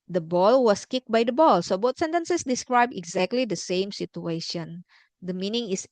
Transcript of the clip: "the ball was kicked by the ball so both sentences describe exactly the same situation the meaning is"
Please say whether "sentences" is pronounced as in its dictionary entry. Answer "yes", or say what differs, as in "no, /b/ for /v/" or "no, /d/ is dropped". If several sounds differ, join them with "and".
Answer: no, /s/ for /z/